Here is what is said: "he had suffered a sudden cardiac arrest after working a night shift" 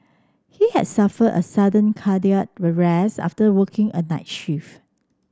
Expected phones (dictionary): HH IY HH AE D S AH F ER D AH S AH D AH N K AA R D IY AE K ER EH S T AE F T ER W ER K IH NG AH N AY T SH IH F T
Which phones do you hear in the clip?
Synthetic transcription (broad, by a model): HH IY HH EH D S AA F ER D AH S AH D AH N K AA D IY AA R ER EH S AA F T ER W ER K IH NG AH N AY T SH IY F